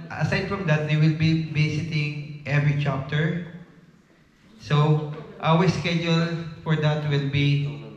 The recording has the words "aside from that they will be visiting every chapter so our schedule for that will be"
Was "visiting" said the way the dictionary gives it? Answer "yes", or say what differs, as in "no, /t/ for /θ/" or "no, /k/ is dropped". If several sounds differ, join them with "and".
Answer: no, /b/ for /v/ and /s/ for /z/